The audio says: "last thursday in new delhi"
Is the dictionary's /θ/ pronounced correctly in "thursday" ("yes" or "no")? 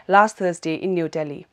no